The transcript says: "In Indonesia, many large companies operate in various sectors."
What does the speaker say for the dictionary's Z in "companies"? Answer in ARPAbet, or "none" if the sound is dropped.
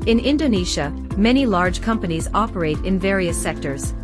Z